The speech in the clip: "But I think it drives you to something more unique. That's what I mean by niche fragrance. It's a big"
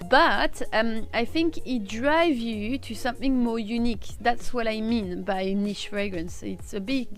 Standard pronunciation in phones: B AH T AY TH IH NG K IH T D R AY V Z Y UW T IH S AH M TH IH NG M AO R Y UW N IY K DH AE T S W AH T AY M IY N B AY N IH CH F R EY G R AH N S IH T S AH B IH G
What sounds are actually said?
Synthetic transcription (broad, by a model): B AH T AY TH IH NG K IH T D R AY V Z Y UW T IH S AH M TH IH NG M AO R Y UW N IY K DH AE T S W AH T AY M IY N B AY N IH SH F R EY G R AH N S IH T S AH B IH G